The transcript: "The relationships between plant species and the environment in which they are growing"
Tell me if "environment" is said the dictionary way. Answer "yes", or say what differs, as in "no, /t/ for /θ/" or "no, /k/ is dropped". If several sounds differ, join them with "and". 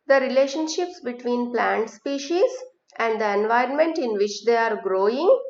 yes